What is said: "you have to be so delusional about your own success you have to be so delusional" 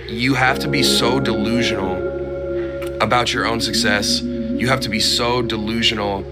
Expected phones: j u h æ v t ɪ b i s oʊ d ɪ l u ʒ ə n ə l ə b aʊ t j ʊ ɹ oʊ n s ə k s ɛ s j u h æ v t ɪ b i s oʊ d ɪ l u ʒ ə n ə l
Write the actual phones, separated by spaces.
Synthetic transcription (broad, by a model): j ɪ h æ f t ɪ b i s oʊ d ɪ l u ʒ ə n l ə b aʊ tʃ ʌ ɹ oʊ n s ə k s ɛ s j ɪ h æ f t ɪ b i s oʊ d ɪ l u ʒ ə n l